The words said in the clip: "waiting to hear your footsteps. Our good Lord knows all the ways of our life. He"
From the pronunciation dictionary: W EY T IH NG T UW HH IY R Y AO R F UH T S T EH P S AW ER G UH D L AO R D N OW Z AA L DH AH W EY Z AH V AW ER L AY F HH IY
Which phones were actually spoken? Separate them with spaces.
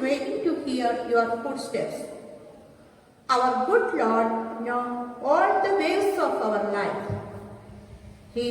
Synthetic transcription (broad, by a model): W EY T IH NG T UW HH IY R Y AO R F UH T S T EH P S AW ER G UH D L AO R D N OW AA L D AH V EY S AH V AW ER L AY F HH IY